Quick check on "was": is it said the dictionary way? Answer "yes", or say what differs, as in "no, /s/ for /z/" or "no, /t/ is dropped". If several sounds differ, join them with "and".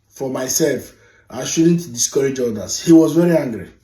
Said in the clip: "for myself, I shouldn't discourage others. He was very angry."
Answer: yes